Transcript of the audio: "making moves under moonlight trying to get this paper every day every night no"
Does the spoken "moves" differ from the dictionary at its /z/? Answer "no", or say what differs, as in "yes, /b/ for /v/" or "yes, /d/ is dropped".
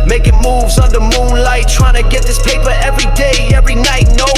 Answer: no